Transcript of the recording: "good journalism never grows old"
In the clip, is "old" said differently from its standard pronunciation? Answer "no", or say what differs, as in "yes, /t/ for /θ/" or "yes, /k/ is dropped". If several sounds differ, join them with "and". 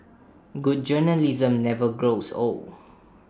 yes, /d/ is dropped